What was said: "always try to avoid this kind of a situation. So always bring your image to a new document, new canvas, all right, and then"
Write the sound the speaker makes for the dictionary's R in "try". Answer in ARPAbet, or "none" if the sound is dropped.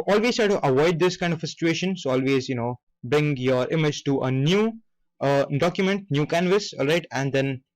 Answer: none